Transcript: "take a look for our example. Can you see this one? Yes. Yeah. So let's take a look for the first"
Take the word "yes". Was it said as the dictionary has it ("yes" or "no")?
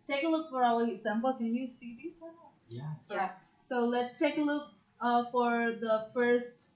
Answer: no